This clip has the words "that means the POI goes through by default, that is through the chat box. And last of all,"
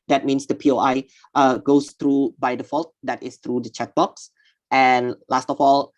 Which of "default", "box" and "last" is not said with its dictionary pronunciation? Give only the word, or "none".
none